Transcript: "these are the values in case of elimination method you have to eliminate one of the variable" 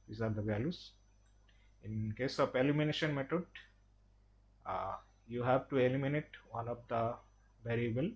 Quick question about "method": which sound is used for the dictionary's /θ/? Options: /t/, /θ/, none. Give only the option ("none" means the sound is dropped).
/t/